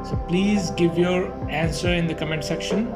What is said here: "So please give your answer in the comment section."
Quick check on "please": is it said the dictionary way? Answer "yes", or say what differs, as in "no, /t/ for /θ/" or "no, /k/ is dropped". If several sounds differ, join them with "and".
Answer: yes